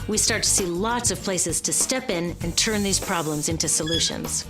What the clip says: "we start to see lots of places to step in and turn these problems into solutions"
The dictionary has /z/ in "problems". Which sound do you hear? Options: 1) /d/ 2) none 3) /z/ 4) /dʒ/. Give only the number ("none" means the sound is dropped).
3